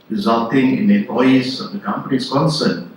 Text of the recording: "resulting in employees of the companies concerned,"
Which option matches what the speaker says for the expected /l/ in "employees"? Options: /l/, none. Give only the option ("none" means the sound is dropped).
none